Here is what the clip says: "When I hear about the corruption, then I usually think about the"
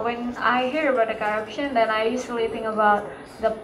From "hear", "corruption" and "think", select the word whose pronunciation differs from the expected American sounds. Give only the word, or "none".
think